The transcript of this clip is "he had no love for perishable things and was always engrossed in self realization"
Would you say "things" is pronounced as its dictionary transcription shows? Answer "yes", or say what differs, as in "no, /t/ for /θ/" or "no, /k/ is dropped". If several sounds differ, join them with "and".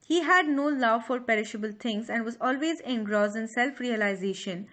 no, /t/ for /θ/